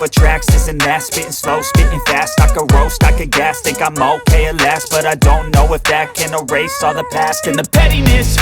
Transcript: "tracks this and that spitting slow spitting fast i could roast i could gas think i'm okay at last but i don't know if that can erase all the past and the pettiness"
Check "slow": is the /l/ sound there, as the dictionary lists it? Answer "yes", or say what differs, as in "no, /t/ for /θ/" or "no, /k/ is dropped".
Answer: yes